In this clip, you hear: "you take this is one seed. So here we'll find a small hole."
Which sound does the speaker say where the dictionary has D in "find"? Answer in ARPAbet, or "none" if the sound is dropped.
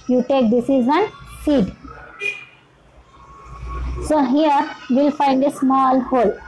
D